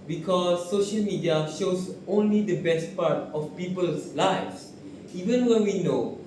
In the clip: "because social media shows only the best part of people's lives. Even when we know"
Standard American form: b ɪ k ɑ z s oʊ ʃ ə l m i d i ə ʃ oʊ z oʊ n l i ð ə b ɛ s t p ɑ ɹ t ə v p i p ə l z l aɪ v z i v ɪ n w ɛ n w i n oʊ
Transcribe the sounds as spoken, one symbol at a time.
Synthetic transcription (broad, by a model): b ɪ k ɑ s oʊ ʃ ə l m i d i ə ʃ oʊ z oʊ n l i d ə b ɛ s t p ɑ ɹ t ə f p i p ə l s l aɪ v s i v ɪ n w ɛ n w i n oʊ